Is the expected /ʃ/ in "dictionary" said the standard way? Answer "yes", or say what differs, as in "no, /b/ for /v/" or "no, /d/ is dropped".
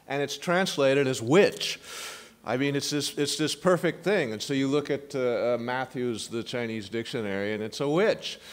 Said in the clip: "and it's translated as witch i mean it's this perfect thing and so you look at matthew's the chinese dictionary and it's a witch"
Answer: yes